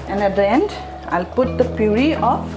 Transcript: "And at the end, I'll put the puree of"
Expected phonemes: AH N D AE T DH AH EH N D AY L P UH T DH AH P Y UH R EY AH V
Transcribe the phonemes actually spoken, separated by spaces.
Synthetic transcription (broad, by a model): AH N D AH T EH N D AY L P UH T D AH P Y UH R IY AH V